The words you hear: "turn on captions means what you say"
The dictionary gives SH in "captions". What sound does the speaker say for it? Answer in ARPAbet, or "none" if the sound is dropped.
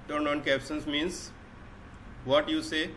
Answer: S